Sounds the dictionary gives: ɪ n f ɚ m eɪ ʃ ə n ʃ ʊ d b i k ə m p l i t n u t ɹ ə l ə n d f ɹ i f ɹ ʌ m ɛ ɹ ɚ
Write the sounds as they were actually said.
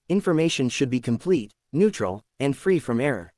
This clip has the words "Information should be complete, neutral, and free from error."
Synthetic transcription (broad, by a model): ɪ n f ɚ m eɪ ʃ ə n ʃ ʊ d b i k ə m p l i t n u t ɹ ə l ə n d f ɹ i f ɹ ʌ m ɛ ɹ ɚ